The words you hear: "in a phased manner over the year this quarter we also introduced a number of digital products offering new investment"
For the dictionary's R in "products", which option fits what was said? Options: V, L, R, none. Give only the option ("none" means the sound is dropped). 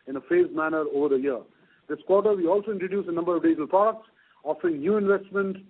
none